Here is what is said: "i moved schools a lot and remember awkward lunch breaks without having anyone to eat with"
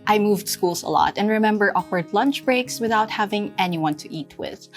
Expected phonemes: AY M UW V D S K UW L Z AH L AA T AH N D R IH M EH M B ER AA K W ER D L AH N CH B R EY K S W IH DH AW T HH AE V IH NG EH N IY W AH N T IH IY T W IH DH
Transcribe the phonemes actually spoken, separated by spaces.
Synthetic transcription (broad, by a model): AY M UW V D S K UW L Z AH L AA T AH N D R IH M EH M B ER AA K W ER D L AH N CH B R EY K S W IH DH AW T HH AE V IH NG EH N IY W AH N T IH IY T W IH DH